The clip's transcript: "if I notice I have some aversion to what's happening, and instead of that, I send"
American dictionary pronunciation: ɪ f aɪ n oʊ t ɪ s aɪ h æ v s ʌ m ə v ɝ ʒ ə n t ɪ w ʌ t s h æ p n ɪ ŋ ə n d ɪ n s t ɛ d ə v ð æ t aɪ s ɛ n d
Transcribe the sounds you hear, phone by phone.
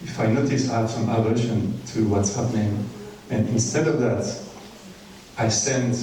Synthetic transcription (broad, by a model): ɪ f aɪ n oʊ t ɪ s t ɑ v s ʌ m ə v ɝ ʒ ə n t ɪ w ʌ t s h æ p n ɪ ŋ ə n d ɪ n s t ɛ d ə v ð æ t aɪ s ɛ n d